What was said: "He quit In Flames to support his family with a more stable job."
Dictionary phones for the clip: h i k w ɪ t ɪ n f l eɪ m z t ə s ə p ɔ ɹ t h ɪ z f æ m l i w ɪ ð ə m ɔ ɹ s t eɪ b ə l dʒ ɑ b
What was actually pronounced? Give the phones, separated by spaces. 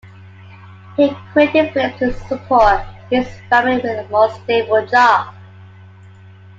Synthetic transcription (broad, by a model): h i k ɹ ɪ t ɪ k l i t ə s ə p ɔ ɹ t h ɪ s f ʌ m i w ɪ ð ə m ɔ s t eɪ b ə l dʒ ɑ b